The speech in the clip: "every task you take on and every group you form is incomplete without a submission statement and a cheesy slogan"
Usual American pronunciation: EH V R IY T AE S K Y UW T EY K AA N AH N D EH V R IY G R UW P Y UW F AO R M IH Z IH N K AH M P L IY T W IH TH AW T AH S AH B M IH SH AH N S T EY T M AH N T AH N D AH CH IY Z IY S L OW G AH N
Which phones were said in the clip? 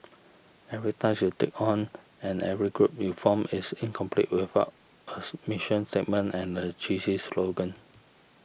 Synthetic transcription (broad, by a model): EH V R IY T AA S Y UW T EY K AA N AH N EH V R IY G R UW P Y UW F AO M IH S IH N K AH M P L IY T W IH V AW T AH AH M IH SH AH N S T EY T M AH N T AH N AH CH IY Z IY S L OW G AH N